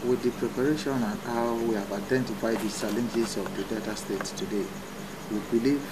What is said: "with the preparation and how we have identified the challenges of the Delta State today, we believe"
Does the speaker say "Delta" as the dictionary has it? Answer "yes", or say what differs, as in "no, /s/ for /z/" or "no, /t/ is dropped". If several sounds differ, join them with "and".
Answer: no, /l/ is dropped